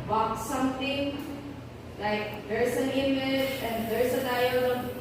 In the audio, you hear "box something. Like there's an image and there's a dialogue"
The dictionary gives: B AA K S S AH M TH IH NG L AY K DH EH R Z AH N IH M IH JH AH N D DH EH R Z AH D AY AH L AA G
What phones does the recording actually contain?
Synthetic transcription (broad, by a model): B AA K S S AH M T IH NG L AY K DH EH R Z AH N IH M IH JH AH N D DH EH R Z AH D AY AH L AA